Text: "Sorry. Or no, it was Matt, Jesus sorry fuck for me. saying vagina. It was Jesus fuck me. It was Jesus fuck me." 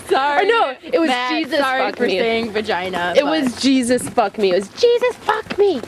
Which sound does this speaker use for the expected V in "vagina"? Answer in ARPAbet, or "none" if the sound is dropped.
F